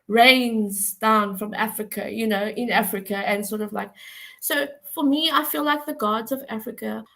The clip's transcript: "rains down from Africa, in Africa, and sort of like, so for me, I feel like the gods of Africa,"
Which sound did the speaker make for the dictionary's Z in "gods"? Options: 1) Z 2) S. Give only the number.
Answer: 1